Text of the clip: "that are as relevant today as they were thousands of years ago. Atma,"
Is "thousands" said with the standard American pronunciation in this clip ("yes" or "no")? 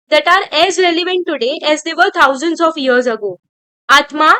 no